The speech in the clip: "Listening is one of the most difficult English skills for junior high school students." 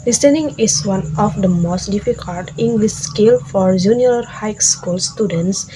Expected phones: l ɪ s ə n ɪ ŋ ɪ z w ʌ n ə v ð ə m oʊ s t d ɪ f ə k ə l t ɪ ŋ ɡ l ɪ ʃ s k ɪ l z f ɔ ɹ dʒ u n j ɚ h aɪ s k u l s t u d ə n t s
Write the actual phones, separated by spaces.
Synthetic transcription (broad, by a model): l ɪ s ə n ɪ ŋ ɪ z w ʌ n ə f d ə m oʊ s t d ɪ f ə k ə l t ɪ ŋ ɡ l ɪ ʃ s k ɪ l f ɔ ɹ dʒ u n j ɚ h aɪ s k u l s t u d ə n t s